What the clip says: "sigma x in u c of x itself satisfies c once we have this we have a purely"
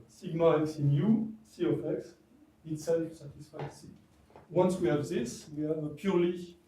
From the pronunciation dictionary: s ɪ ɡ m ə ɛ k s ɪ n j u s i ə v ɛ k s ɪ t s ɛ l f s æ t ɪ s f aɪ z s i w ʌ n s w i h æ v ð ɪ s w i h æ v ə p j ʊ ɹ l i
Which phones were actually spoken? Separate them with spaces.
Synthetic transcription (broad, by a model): s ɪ ɡ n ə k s ɪ n j u s i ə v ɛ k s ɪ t s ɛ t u s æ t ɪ s f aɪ s i w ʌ n s w i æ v ð ɪ s w i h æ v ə p j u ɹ l i